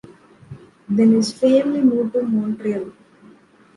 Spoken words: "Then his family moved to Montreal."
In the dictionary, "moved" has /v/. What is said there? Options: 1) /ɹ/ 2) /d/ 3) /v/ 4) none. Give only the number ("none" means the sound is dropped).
4